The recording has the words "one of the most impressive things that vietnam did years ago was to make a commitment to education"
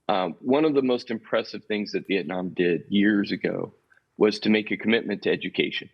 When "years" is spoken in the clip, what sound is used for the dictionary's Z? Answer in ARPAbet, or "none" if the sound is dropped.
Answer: Z